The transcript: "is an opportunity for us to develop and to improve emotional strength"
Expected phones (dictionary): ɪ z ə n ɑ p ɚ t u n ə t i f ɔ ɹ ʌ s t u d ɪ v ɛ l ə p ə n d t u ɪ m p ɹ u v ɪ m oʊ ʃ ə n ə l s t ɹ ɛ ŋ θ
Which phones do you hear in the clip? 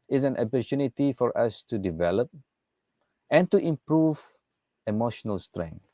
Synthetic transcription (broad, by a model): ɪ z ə n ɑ p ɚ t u n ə t i f ɔ ɹ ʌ s t u d ɪ v ɛ l ə p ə n t u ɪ m p ɹ u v ɪ m oʊ ʃ ə n ə l s t ɹ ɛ ŋ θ